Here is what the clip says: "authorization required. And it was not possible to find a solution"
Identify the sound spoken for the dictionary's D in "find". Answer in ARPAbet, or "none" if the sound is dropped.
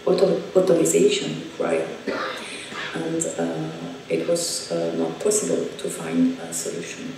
D